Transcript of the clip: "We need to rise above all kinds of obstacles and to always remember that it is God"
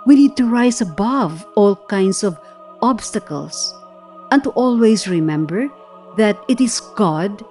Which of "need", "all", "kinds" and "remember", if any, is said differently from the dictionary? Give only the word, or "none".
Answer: kinds